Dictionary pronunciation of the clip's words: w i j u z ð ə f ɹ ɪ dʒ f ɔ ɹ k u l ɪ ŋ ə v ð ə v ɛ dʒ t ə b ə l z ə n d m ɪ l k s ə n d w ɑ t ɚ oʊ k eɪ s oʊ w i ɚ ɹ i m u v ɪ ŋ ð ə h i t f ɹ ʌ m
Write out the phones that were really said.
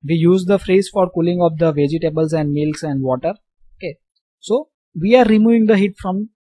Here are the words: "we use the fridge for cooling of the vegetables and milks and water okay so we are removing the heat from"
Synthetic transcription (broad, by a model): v i j u z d ə f ɹ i z f ɔ ɹ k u l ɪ ŋ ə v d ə v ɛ dʒ t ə b ə l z ə n d m ɪ l k s ə n d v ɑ t ɚ oʊ k eɪ s oʊ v i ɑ ɹ i m u v ɪ ŋ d ə h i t f ɹ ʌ m